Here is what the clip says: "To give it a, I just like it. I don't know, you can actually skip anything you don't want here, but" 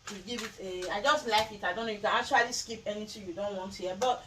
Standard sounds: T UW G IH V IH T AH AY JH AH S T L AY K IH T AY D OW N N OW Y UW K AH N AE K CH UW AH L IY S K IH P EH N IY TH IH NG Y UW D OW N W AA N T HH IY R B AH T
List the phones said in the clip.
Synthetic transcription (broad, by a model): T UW G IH V IH T AH AY JH AH S T L AY K IH T AY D OW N N OW Y UW K AH N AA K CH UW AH L IY S K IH P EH N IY T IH Y UW D OW N W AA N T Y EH B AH T